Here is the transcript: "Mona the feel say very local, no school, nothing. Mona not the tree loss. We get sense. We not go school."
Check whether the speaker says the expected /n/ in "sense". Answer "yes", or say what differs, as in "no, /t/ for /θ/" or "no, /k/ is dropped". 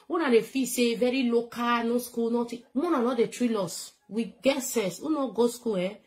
no, /n/ is dropped